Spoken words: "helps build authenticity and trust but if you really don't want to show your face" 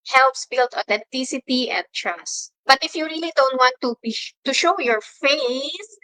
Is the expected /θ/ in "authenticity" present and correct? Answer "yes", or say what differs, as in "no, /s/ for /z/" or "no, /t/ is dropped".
no, /t/ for /θ/